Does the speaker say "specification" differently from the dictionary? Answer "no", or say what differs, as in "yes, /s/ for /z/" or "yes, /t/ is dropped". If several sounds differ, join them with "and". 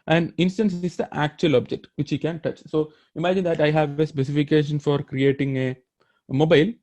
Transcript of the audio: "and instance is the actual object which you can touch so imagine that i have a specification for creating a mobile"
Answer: no